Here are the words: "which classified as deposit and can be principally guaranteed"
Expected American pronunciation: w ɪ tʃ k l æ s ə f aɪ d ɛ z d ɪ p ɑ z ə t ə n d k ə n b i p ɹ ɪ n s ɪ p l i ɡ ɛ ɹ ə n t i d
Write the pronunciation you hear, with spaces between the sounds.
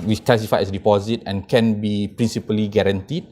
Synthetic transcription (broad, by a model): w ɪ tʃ k l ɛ s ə f aɪ ɛ s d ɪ p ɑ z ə t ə n k ə n b i p ɹ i n s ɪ p l i ɡ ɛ ɹ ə n t i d